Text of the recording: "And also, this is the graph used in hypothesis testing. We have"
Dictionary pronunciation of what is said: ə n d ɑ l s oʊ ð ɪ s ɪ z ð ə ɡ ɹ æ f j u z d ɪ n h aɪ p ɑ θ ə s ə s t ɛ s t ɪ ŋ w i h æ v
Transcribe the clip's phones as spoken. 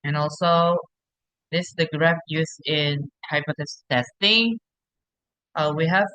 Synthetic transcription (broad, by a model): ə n ɑ l s oʊ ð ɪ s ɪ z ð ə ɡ ɹ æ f j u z ɪ n h aɪ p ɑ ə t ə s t ɛ s t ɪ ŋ w i h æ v